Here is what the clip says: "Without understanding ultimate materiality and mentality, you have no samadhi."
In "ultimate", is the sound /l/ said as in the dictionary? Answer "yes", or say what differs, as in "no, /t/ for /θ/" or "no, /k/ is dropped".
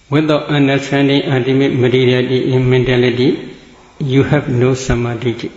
no, /l/ is dropped